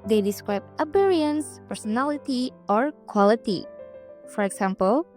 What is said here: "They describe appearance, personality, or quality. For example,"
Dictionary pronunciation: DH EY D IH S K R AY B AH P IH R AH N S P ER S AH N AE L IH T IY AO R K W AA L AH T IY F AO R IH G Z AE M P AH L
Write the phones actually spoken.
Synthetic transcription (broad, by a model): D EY D IH S K R AY B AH B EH R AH N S P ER S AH N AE L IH T IY AO R K W AA L AH T IY F AO R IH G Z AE M P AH L